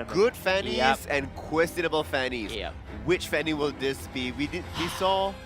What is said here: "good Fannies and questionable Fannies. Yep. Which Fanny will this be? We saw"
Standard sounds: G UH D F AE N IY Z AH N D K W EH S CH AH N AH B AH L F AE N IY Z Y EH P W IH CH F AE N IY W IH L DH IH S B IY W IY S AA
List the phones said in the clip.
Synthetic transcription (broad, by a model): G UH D F AE N IY Z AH N K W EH S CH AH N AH B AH L F AE N IY Z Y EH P W IH CH F AE N IY W IH L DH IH S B IY W IY S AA